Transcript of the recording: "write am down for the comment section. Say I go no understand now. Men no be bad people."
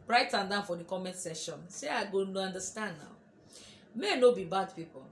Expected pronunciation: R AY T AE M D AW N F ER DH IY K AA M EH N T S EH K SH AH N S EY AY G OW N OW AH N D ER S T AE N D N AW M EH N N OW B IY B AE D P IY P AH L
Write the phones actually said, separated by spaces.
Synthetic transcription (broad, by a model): R AY T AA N D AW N F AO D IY K AA M EH N T S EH SH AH N S EY AY G OW N OW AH N D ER S T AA N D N AW M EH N N OW B IY B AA D P IY P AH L